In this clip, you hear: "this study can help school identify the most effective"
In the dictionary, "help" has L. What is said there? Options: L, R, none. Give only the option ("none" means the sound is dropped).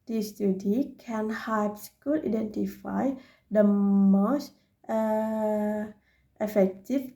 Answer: none